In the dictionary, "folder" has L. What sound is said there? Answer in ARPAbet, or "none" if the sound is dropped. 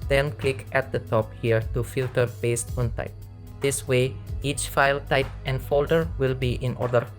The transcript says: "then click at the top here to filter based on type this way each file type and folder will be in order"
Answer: L